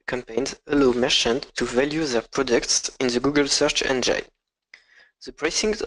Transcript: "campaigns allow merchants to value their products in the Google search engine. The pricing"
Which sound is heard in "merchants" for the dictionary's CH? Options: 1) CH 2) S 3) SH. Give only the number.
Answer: 3